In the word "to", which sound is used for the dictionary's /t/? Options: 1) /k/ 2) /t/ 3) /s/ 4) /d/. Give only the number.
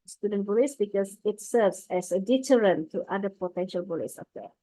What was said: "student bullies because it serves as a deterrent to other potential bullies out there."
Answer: 2